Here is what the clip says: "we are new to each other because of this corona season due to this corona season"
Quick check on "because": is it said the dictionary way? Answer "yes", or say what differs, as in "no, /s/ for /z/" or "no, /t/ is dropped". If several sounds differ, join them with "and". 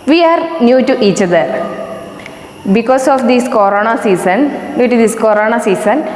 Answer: no, /s/ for /z/